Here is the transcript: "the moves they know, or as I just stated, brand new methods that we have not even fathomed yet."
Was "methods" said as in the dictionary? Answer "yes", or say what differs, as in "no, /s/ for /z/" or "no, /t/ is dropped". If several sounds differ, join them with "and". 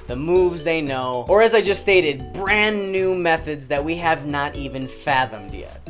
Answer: yes